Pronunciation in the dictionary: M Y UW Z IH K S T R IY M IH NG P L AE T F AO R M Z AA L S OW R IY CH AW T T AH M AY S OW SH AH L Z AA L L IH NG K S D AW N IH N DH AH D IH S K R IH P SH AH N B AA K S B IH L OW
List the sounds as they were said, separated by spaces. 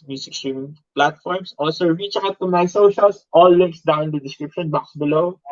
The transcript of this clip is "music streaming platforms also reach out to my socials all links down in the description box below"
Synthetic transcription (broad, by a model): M Y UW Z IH K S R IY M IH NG P L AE T F AO R M S AA L S OW R IY CH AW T T AH M AY S OW SH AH L S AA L L IH NG K S D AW IH N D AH D IH S K R IH P SH AH N B AA K S B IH L OW